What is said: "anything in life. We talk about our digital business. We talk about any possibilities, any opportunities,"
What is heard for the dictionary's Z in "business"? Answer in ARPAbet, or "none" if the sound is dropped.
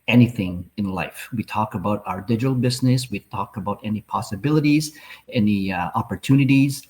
Z